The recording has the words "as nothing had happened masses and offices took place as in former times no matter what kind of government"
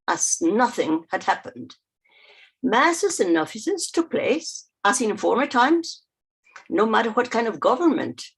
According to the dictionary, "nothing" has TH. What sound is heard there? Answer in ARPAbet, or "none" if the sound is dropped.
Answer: TH